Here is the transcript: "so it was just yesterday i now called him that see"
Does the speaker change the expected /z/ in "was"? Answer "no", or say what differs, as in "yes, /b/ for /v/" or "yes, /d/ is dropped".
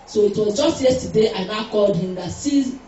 no